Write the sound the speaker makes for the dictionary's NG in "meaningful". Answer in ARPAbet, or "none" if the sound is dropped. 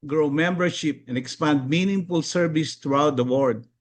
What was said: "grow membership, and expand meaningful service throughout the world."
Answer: NG